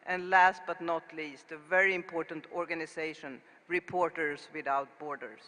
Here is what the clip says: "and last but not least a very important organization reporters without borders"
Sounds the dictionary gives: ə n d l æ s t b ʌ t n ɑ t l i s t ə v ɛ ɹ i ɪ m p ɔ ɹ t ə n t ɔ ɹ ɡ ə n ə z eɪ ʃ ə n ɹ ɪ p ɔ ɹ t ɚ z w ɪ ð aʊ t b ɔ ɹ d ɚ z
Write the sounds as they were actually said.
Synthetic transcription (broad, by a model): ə n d l æ s t b ʌ t n ɑ t l i s t ə v ɛ ɹ i ɪ m p ɔ ɹ t ə n t ɔ ɹ ɡ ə n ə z eɪ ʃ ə n ɹ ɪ p ɔ ɹ t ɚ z w ɪ ð aʊ t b ɔ ɹ d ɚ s